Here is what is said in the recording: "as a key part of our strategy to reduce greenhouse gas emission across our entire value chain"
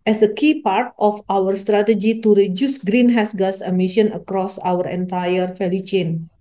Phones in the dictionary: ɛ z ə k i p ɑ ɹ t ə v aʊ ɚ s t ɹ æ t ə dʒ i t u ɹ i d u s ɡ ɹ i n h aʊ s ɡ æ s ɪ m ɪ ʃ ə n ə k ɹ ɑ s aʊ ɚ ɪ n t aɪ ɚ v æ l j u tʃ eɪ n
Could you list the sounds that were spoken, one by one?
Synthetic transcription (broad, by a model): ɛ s ə k i p ɑ ɹ t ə f aʊ ɚ s t ɹ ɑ t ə dʒ i t u ɹ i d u s ɡ ɹ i n h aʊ s ɡ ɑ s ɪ m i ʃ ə n ə k ɹ ɑ s aʊ ɚ ɪ n t aɪ ɚ f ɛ l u tʃ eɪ n